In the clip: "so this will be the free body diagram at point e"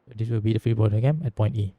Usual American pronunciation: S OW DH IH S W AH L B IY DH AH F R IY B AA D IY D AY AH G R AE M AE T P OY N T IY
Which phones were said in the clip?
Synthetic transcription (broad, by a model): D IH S W AH L B IY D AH F R IY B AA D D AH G EH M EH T P OY N T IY